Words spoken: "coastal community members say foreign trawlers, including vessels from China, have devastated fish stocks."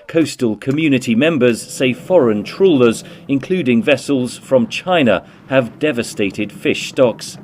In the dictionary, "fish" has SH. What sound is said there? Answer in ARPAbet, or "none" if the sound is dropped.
SH